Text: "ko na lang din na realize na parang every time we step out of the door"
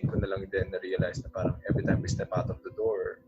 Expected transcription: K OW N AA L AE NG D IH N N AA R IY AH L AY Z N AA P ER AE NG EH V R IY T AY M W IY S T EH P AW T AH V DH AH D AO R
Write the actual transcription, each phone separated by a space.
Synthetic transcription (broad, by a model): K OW N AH L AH NG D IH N N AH R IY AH L AY S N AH P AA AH NG EH V R IY T AY M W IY S T EH P AW T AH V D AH D AO R